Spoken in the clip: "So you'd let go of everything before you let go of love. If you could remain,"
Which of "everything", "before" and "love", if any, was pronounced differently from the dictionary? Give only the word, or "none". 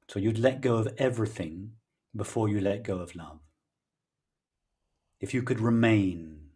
none